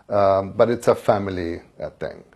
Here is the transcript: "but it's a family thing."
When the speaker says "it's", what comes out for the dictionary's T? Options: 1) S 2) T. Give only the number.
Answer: 2